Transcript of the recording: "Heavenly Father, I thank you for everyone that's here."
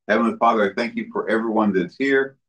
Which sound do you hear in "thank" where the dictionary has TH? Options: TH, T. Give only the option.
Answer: TH